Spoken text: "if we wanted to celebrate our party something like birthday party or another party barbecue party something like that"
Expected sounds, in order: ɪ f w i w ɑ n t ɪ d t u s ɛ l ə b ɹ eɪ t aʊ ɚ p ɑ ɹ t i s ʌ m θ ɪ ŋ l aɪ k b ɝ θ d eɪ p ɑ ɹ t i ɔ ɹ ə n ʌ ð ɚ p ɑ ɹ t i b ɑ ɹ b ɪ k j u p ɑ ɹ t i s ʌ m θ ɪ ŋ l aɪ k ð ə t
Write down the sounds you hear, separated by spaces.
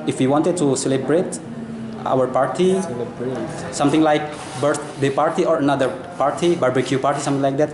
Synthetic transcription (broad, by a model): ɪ f w i w ɑ n t ɪ d t u s ɛ l ə b ɹ eɪ t aʊ ɚ p ɑ ɹ t i s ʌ m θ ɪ ŋ l aɪ k b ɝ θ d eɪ p ɑ ɹ t i ɔ ɹ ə n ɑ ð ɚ p ɑ ɹ t i b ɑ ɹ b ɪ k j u p ɑ ɹ t i s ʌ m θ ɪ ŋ l aɪ k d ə t